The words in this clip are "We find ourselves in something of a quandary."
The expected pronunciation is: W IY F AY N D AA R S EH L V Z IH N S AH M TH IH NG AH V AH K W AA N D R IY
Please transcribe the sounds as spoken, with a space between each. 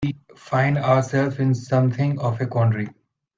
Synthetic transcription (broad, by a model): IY F AY N D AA R S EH L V IH N S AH M T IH NG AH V AH K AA N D R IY